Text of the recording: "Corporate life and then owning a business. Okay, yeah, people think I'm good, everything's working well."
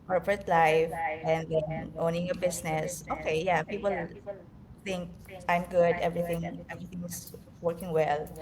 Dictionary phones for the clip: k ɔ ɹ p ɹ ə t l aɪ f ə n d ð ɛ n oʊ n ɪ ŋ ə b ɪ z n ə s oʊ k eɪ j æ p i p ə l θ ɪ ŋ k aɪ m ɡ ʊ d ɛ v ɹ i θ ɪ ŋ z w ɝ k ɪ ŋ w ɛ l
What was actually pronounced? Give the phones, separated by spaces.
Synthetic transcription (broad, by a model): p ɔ ɹ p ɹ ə t l aɪ f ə n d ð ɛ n oʊ n ɪ ŋ ə b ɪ s n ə s oʊ k eɪ j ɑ p i p ə l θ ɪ ŋ k aɪ m ɡ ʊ d ɛ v ɹ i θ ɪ ŋ s w ɝ k ɪ ŋ w ɛ l